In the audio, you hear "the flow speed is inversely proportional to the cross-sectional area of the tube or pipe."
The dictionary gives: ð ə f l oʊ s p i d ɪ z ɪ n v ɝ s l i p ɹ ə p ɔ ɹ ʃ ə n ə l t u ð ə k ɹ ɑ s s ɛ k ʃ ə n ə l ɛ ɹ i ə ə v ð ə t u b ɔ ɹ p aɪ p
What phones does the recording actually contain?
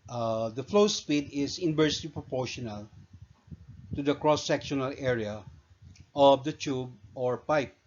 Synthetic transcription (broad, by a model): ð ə f l oʊ s p i d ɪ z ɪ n b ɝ s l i p ɹ ə p ɔ ɹ ʃ ə n ə l t u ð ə k ɹ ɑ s s ɛ k ʃ ə n ə l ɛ ɹ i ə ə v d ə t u b ɔ ɹ p aɪ p